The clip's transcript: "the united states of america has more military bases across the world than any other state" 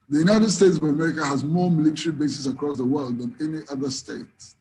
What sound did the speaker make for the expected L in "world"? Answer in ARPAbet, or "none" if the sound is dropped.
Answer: L